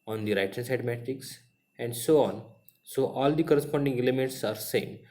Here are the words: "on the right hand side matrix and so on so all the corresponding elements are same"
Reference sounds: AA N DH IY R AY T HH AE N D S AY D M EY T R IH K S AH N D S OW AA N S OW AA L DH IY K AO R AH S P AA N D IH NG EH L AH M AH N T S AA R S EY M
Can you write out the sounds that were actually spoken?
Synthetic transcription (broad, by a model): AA N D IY R AY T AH S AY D M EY T IH K S AH N D S OW AA N S OW AA L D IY K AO R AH S P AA N D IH NG EH L AH M AH N T S AA R S EY M